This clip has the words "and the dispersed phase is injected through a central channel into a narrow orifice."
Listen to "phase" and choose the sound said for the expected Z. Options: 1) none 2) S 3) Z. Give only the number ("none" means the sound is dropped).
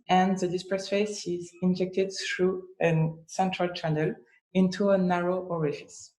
2